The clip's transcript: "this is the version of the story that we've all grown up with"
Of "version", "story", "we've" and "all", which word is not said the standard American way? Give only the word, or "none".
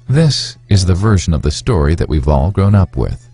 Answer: none